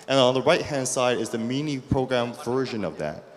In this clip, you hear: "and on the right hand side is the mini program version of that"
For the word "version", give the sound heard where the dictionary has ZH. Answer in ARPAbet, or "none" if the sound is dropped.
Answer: ZH